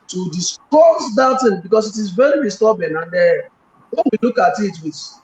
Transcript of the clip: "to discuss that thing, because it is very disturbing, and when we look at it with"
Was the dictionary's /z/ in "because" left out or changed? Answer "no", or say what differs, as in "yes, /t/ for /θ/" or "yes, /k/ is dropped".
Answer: yes, /s/ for /z/